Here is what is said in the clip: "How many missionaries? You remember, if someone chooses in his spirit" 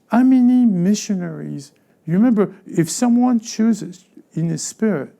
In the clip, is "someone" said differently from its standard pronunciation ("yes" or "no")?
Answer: no